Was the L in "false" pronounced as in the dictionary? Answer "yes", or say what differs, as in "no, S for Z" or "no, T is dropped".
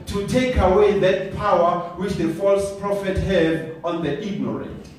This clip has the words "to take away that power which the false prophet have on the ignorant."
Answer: yes